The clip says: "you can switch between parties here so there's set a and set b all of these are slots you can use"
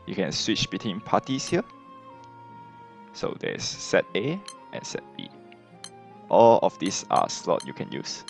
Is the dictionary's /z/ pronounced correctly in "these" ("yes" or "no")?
no